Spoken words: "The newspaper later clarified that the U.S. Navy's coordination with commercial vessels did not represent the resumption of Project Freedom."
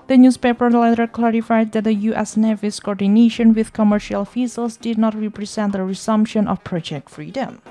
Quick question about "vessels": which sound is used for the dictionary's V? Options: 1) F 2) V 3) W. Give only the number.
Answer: 1